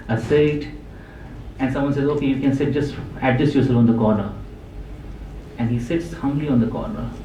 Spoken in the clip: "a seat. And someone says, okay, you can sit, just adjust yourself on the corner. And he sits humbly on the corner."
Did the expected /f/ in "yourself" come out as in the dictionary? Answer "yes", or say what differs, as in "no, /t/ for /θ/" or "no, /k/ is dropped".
no, /f/ is dropped